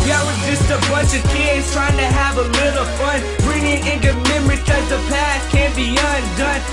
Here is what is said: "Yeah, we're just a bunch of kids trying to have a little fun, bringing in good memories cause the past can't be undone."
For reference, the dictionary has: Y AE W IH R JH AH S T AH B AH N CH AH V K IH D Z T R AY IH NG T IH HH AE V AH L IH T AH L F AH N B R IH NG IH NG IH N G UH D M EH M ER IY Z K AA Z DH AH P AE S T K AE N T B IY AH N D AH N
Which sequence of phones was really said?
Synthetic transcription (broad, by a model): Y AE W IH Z JH AH S T AH B AH N CH AH V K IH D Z T R AY IH NG T IH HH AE V AH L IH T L F AH N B R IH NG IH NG IH N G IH M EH M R IY K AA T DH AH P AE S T K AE N B IY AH N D AH N